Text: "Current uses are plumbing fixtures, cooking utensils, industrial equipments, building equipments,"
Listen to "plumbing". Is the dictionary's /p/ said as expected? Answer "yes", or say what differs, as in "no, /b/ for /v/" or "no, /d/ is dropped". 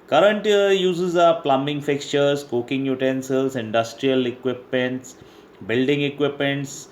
yes